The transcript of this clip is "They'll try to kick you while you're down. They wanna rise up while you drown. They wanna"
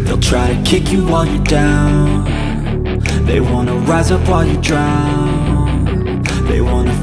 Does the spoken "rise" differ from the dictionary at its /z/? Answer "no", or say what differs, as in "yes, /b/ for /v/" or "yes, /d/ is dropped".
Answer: no